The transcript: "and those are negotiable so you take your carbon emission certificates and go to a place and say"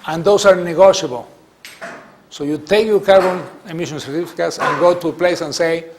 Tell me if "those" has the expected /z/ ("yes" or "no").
no